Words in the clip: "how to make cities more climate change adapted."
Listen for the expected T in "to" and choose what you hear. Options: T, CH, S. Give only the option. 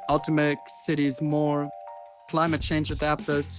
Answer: T